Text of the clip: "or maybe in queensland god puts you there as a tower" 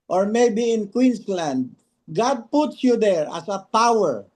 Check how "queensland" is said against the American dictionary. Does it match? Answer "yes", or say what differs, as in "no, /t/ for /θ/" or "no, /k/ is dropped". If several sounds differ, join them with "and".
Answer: no, /s/ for /z/